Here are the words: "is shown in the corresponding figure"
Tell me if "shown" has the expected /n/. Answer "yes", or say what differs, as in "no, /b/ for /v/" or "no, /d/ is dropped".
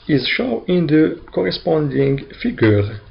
no, /n/ is dropped